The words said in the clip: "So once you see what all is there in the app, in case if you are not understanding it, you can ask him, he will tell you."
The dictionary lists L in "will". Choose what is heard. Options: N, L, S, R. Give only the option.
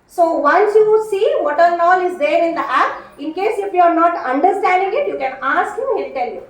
N